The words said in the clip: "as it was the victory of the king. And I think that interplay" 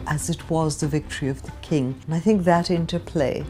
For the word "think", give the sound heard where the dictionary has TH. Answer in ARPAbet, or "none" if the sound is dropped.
TH